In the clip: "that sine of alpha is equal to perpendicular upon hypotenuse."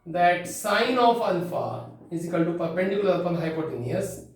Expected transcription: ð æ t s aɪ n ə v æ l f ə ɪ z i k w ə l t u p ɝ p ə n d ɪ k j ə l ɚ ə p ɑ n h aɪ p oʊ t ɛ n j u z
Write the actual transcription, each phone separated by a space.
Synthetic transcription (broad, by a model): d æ t s aɪ n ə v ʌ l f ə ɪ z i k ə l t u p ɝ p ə n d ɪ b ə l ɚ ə f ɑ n h aɪ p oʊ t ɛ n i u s